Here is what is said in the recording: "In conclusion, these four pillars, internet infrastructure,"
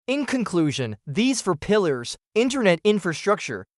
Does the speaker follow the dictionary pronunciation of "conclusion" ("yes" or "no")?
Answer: yes